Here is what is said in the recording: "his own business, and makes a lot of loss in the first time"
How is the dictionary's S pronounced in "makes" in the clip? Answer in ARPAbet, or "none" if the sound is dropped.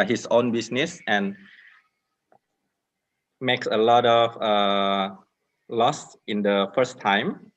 S